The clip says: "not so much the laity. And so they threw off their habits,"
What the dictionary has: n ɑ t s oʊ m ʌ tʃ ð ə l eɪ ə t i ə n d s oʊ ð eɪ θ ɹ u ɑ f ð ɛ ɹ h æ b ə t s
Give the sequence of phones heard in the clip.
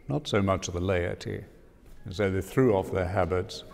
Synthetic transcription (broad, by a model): n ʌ t s oʊ m ʌ tʃ ð ə l eɪ ə t i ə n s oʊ ð eɪ θ ɹ u ɑ f ð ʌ ɹ h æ b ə t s